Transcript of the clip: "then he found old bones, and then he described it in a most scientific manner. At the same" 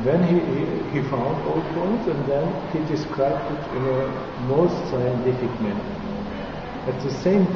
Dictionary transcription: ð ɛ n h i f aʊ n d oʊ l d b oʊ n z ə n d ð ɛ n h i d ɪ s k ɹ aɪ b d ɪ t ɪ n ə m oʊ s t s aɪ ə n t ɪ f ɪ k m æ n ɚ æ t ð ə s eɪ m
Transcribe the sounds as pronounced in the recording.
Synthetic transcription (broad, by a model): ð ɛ n h i f aʊ n d oʊ l d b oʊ z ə n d ð ɛ n h i d ɪ s k ɹ aɪ b d ɪ t ɪ n ə m oʊ s t s aɪ ə n t ɪ f ɪ k m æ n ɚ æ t ð ə s eɪ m